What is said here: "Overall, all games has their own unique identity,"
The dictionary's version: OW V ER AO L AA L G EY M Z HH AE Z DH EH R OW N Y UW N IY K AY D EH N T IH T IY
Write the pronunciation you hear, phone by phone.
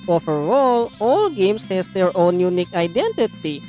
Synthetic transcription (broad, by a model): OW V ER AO L AA L G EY M S HH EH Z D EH R OW N Y UW N IY K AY D EH N T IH T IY